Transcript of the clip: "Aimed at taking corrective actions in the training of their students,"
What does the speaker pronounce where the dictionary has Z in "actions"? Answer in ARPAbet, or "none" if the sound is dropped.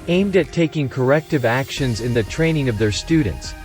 Z